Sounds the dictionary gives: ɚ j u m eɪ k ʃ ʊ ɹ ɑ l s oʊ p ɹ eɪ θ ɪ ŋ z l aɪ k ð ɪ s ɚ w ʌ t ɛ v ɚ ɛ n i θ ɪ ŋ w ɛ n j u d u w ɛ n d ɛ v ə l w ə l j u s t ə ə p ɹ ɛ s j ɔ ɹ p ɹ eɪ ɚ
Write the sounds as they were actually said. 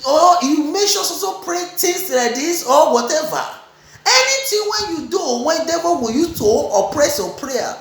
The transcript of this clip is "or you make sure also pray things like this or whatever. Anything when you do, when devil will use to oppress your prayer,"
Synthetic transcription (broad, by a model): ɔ j u m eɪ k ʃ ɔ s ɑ s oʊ p ɹ eɪ t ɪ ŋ s l aɪ k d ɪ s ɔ w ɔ t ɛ v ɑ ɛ n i t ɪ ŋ w ɛ n j u d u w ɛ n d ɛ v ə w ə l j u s t ə ə p ɹ ɛ s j ɔ p ɹ eɪ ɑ